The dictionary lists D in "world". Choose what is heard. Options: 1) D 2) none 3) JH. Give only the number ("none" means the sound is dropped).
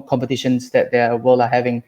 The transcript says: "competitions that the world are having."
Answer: 2